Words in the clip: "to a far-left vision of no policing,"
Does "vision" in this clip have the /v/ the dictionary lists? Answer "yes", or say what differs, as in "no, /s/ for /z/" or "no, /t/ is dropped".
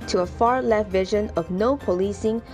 yes